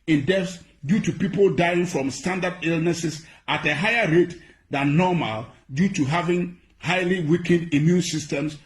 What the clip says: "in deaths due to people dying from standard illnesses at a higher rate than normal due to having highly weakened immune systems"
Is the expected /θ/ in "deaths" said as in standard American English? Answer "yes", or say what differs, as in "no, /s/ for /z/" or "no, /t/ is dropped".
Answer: no, /f/ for /θ/